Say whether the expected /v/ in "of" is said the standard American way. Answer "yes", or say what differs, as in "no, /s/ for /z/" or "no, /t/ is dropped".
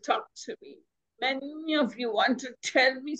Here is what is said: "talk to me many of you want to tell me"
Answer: yes